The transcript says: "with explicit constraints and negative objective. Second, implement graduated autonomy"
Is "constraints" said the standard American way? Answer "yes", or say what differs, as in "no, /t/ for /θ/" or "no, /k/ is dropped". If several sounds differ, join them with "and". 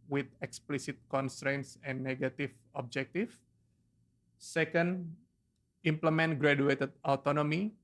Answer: yes